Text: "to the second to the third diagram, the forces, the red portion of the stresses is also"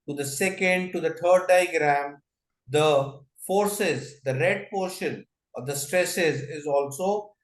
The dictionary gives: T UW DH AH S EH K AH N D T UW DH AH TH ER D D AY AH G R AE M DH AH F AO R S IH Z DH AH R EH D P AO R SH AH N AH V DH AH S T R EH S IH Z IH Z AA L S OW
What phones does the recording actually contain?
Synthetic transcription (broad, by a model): T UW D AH S EH K AH N D T UW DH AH T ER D D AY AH G R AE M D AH F AO R S IH Z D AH R EH D P AO R SH AH N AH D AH S T R EH S IH Z IH Z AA L S OW